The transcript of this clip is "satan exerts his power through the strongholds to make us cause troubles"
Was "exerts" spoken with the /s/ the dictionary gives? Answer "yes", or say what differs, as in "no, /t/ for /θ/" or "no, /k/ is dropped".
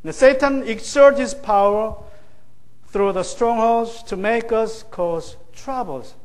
no, /s/ is dropped